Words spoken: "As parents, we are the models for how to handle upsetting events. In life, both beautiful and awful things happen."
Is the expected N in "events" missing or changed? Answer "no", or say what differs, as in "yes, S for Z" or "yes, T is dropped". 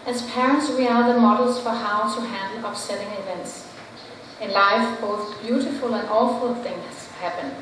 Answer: no